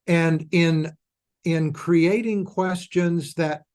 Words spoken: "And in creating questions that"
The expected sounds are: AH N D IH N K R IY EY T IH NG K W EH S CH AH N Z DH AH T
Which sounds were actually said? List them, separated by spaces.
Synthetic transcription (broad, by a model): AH N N IH N K R IY EY T IH NG K W EH S CH AH N Z DH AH T